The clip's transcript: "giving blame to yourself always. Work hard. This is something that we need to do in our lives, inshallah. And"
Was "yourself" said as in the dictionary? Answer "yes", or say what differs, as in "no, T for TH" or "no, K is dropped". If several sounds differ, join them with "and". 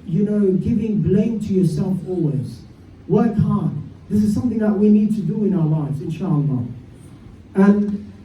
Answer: yes